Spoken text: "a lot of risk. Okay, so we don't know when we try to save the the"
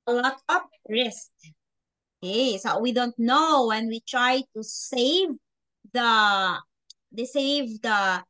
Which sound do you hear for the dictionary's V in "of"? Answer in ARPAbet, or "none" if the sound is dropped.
P